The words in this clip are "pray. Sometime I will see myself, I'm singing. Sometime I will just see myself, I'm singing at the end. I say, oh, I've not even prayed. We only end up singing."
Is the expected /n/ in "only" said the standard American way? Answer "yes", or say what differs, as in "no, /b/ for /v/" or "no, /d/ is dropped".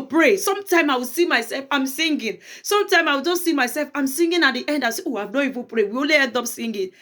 no, /n/ is dropped